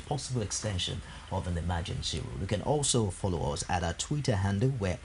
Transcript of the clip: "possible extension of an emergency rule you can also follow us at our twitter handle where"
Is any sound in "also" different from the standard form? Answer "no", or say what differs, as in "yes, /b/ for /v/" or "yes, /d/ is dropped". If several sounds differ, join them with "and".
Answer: no